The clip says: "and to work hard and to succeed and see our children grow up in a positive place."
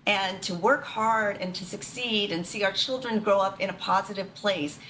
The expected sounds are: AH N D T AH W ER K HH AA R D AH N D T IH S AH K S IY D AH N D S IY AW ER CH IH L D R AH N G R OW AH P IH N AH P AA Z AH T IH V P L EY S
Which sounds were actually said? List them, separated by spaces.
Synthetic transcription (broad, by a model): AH N T AH W ER K HH AA R D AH N T IH S AH K S IY D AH N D S IY AW ER CH IH L D R AH N G R OW AH P IH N AH P AA Z AH T IH V P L EY S